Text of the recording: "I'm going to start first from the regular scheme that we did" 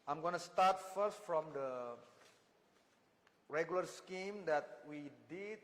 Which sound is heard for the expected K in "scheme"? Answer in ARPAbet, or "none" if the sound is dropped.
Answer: K